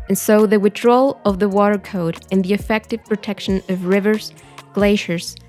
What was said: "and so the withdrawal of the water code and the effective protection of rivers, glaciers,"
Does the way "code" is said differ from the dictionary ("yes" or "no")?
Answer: no